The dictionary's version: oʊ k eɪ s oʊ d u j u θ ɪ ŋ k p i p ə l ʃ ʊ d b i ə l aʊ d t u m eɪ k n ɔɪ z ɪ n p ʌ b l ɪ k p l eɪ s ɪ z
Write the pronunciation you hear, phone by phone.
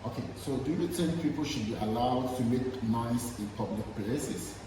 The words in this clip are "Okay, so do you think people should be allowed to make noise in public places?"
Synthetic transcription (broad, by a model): oʊ k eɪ s oʊ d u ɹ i t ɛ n p i p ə l ʃ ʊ d b i ə l aʊ d t u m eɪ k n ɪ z ɪ n p ʌ b l ɪ k p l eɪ s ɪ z